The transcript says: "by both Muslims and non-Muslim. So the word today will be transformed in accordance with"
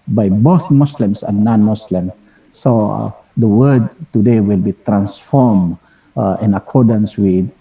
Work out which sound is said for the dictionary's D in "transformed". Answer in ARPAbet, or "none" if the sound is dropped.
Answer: none